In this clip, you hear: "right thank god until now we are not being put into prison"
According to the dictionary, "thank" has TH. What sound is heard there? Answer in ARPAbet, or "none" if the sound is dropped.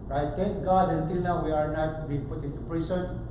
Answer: T